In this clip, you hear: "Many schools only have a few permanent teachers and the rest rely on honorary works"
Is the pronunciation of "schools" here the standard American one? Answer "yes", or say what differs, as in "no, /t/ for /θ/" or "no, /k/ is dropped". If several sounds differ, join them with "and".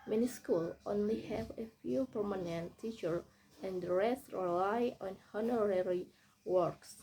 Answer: no, /z/ is dropped